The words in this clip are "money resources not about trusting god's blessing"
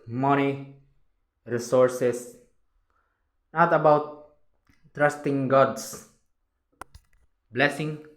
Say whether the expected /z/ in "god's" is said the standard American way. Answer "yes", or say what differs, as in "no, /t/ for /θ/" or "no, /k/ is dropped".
no, /s/ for /z/